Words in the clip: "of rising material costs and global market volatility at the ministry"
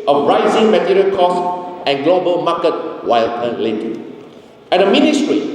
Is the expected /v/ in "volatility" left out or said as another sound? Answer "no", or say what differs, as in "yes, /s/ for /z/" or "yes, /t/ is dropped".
yes, /w/ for /v/